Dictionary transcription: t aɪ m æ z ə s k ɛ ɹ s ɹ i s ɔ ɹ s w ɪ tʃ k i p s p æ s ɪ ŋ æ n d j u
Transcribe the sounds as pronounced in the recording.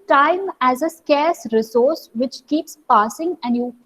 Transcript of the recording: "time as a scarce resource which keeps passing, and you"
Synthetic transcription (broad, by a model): t aɪ m æ z ə s k ɛ ɹ s ɹ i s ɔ ɹ s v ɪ tʃ k i p s p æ s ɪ ŋ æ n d j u